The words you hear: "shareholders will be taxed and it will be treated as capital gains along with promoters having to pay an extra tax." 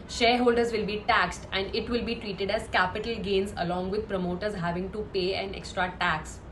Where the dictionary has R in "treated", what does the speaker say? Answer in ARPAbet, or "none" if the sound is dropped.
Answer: R